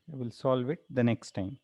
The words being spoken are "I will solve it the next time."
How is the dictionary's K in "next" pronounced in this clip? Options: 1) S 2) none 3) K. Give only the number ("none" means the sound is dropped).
3